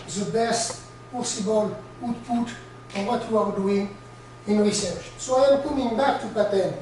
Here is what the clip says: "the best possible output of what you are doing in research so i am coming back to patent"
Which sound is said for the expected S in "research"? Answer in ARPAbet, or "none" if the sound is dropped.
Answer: S